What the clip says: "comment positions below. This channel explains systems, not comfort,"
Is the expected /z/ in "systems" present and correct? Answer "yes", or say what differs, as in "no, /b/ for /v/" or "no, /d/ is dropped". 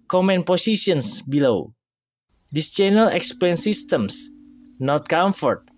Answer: no, /s/ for /z/